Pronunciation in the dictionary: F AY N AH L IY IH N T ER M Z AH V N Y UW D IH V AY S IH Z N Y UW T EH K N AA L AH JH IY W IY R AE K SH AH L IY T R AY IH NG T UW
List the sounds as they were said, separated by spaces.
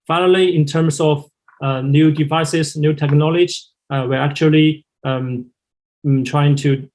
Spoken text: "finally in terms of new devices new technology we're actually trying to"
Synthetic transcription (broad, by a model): F AY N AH L IY IH N T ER M S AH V N Y UW D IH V AY S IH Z N Y UW T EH K N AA L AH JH W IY R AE K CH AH L IY T R AY IH NG T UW